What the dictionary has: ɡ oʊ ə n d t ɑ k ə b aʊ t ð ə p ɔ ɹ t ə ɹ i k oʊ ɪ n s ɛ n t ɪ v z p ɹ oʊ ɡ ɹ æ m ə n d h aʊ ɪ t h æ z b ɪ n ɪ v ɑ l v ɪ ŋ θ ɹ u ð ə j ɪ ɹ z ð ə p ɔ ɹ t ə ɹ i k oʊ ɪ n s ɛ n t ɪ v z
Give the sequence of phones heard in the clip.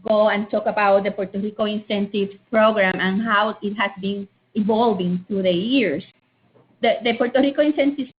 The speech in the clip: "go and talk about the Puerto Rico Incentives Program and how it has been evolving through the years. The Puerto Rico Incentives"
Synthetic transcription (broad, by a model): ɡ oʊ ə n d t ɑ k ə b aʊ t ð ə p ɔ ɹ t ə ɹ i k oʊ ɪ n s ɛ n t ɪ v p ɹ oʊ ɡ ɹ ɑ m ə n h aʊ ɪ t h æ s b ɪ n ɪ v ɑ l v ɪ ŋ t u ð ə j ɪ ɹ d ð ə p ɔ ɹ t ə ɹ i k oʊ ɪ n s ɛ n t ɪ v